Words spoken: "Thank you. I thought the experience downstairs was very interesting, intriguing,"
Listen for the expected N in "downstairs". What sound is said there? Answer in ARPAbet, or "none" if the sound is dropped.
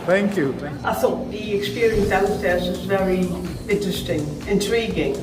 none